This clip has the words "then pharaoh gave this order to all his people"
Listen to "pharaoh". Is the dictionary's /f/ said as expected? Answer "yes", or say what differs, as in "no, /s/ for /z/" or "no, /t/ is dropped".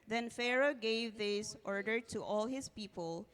yes